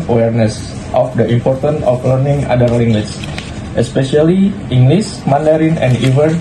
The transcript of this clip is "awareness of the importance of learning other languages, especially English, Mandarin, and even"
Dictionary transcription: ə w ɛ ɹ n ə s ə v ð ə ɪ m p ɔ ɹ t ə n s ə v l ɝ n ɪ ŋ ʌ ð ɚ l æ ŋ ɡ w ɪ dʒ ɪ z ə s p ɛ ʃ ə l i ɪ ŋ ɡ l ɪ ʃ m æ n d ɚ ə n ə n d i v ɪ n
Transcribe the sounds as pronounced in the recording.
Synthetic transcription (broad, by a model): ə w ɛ ɹ n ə s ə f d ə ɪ m p ɔ ɹ t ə n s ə f l ɝ n ɪ ŋ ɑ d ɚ l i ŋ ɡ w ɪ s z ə s p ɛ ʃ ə l i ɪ ŋ ɡ l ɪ s m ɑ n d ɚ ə n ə n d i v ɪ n